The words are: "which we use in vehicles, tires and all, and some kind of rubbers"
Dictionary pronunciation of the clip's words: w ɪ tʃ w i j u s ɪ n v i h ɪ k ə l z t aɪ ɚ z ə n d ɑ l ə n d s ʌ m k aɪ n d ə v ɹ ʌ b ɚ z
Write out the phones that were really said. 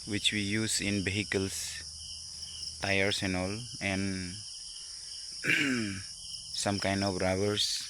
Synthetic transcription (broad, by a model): w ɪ tʃ w i j u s ɪ n b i h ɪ k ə l s t aɪ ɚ s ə n ɑ l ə n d s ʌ m k aɪ n d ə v ɹ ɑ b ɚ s